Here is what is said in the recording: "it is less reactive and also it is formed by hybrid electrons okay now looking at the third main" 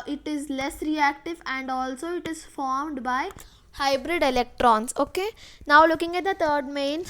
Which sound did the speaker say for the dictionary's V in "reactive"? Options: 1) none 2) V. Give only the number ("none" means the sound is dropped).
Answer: 2